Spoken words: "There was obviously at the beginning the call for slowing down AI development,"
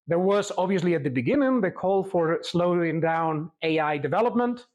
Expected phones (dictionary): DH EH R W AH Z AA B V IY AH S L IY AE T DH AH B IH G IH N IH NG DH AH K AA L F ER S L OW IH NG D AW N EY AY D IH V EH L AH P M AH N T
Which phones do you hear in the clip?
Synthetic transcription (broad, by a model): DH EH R W AH Z AA B V IY AH S L IY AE T DH AH B IH G IH N IH NG DH AH K AA L F ER S L OW IH NG D AW N EY AY D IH V EH L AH P M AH N T